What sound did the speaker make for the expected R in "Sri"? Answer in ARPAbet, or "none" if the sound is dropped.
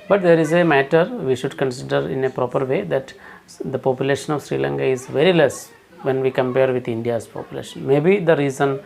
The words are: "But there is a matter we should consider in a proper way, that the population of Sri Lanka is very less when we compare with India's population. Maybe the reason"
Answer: R